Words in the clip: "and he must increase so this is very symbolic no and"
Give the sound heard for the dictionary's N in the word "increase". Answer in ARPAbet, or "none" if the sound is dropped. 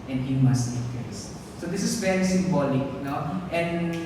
none